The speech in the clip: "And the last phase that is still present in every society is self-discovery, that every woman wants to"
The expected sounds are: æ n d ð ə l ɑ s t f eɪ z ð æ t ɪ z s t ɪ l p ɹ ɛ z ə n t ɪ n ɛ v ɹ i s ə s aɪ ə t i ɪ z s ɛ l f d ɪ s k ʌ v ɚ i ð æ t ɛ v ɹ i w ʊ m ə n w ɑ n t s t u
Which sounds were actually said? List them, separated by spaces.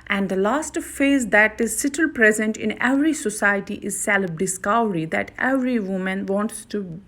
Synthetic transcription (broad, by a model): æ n d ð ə l ɑ s t f eɪ z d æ t ɪ z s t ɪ l p ɹ ɛ z ə n t ɪ n ɛ v ɹ i s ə s aɪ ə t i ɪ z s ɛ l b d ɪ s k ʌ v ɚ i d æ t ɛ v ɹ i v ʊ m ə n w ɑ n t s t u